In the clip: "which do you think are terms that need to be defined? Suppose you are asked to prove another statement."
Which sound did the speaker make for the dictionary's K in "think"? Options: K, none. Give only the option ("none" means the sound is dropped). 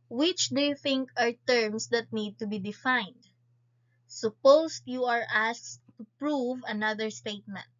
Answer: K